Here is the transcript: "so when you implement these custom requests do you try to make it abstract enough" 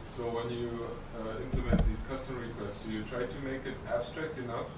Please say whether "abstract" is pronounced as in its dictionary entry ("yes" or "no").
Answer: yes